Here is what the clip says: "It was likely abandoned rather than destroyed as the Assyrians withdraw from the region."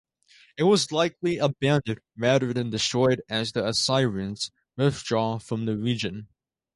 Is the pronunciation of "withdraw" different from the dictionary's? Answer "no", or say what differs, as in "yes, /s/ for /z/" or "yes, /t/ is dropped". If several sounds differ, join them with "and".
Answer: yes, /f/ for /θ/